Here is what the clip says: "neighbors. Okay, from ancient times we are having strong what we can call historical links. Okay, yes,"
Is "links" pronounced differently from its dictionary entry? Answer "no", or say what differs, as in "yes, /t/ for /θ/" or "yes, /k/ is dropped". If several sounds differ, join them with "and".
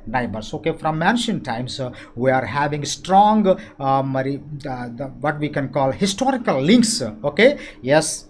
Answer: no